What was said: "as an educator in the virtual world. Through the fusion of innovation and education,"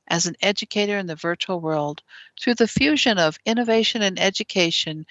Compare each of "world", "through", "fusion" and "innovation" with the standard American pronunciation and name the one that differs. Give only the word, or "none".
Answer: none